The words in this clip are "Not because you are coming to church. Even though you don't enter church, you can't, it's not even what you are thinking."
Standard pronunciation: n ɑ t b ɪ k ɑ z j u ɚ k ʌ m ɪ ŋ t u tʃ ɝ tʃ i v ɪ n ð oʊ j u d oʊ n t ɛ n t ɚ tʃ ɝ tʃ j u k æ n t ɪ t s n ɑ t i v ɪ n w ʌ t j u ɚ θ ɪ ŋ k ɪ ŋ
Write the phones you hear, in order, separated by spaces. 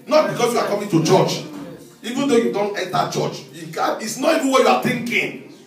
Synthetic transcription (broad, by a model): n ɑ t b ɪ k ɑ s j u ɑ k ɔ m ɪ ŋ t u tʃ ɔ tʃ i v ɪ n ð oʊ j u d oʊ n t ɛ n t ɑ tʃ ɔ tʃ j u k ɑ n ɪ t s n ɑ t i v ɪ n w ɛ j u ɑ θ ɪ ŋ k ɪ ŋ